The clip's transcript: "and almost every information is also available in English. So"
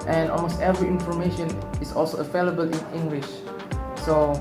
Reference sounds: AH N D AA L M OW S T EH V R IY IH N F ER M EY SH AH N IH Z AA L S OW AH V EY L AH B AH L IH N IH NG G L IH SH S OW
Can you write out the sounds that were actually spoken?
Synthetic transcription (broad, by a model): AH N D AA L M OW S T EH V R IY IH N F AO M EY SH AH N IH S AA L S OW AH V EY L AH B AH L IH N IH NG G L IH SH S OW